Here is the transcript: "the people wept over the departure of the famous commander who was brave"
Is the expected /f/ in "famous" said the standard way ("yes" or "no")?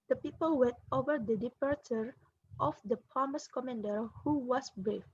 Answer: no